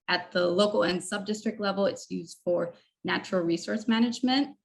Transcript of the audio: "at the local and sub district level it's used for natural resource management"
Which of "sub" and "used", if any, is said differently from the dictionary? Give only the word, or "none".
none